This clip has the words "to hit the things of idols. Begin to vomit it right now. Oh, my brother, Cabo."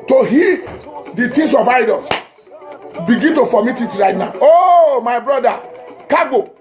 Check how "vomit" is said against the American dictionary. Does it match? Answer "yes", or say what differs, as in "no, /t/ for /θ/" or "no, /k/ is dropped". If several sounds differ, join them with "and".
no, /f/ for /v/